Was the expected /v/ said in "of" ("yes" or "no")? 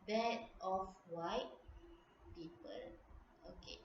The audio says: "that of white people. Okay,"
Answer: no